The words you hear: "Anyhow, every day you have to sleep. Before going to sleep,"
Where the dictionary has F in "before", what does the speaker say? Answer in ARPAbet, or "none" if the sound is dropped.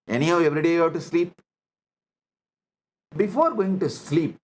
F